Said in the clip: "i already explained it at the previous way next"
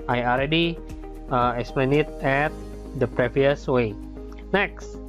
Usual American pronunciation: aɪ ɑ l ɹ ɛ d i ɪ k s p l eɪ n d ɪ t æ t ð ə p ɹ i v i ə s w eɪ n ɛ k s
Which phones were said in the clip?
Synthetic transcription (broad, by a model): aɪ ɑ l ɹ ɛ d i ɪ k s p l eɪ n ɪ t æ t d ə p ɹ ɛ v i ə s w eɪ n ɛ k s